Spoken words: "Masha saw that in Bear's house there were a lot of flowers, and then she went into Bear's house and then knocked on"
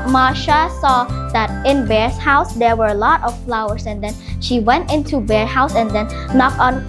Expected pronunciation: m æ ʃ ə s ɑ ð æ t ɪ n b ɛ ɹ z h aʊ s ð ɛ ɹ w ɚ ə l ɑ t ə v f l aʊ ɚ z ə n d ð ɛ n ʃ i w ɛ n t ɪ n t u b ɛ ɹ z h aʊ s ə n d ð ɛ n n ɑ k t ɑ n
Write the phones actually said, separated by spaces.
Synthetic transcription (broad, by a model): m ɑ ʃ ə s ɑ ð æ t ɪ n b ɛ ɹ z h aʊ s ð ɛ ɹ w ɚ ə l ɑ t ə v f l aʊ ɚ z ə n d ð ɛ n ʃ i w ɛ n t ɪ n t u b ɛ ɹ h aʊ s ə n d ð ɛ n n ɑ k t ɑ n